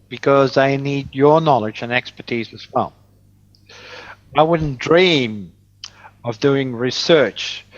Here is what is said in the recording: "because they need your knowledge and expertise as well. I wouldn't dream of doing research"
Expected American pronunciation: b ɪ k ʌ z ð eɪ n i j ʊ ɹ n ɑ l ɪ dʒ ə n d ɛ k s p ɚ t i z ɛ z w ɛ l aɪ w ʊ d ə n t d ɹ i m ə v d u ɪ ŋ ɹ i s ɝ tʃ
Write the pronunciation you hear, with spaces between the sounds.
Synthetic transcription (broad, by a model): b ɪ k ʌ z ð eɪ n i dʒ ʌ ɹ n ɑ l ɪ dʒ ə n ɛ k s p ɚ t i z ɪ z w ɛ l aɪ w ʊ d n d ɹ i m ə v d u ɪ ŋ ɹ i s ɝ tʃ